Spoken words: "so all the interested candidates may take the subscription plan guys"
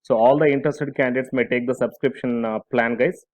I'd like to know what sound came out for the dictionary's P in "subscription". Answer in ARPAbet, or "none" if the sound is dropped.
P